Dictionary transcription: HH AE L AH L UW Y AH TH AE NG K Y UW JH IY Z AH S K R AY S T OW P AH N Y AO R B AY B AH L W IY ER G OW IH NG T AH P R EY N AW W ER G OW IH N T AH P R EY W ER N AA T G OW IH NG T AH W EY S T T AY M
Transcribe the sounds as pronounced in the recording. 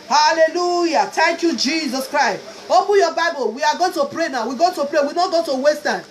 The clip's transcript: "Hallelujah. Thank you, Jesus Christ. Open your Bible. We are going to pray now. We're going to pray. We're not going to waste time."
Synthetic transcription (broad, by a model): HH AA L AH L UW Y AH T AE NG K Y UW JH IY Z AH S K R AY S T OW P AH N Y AO B AY B AH L W IY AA G OW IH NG T AH P R EY N AW W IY G OW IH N T AH P R EY W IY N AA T G OW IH T AH W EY S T T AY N